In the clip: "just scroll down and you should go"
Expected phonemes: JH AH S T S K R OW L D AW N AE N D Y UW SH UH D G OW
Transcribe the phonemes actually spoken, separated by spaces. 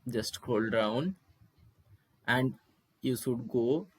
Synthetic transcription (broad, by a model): JH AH S T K OW L D AW N AE N D Y UW SH UH D G OW